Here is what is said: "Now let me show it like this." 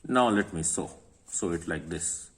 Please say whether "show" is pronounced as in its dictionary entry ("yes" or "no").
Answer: no